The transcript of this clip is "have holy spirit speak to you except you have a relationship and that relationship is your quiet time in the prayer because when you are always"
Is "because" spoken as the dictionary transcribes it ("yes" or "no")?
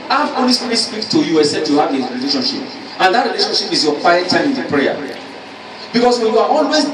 no